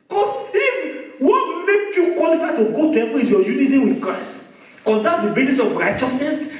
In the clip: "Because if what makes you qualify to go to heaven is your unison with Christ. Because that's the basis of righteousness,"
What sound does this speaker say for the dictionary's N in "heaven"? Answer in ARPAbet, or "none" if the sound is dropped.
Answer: none